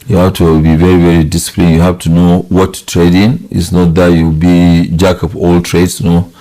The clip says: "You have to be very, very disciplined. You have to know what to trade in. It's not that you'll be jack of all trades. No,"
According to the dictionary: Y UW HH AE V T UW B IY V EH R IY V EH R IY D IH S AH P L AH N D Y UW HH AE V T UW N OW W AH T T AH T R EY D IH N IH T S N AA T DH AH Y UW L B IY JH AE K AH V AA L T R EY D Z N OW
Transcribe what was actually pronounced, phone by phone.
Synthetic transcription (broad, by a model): Y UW HH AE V T UW B IY V EH R IY V EH R IY D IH S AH P L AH N Y UW HH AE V T UW N OW W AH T T T R EY D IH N IH T S N AA T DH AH Y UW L B IY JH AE K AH P AA L T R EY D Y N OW